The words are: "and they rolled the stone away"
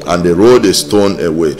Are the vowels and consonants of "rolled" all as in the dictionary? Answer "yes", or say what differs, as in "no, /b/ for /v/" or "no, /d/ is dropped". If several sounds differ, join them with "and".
no, /l/ is dropped